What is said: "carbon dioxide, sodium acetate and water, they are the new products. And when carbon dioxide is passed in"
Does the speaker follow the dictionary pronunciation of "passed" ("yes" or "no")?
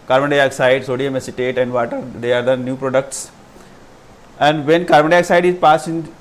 no